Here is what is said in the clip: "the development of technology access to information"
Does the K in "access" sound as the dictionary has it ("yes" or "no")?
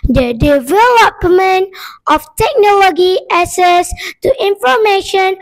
no